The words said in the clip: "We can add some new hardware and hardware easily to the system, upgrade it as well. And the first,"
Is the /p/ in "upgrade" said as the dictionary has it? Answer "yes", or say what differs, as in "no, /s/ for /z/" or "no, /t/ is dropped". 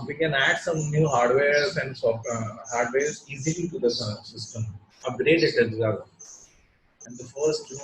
no, /p/ is dropped